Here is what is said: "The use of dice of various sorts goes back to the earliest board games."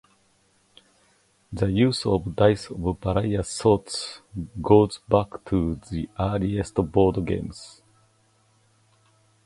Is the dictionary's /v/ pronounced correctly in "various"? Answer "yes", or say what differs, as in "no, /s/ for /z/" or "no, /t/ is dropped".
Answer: no, /b/ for /v/